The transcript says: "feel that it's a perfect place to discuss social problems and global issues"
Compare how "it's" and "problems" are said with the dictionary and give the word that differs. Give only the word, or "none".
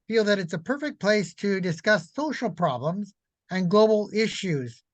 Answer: none